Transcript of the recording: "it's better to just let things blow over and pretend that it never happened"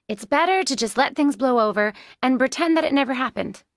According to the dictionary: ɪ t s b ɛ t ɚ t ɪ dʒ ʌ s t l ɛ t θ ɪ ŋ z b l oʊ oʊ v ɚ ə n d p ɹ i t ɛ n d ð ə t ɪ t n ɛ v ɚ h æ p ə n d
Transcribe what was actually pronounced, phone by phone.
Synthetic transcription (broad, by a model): ɪ t s b ɛ t ɚ t ɪ dʒ ʌ s t l ɛ t θ ɪ ŋ z b l oʊ oʊ v ɚ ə n p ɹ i t ɛ n ð ə t ɪ t n ɛ v ɚ h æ p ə n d